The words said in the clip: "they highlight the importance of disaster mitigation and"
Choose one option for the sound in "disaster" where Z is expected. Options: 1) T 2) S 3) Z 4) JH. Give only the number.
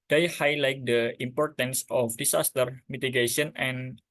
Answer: 2